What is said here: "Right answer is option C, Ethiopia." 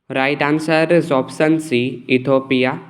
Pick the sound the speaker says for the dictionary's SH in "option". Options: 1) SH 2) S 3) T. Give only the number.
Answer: 2